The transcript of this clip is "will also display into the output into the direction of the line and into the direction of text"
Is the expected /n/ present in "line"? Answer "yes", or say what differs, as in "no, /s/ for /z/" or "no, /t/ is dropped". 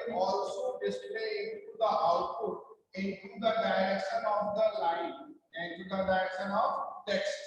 no, /n/ is dropped